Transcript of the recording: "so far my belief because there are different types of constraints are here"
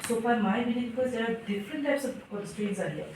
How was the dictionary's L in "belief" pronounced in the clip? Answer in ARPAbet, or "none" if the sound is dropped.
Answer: N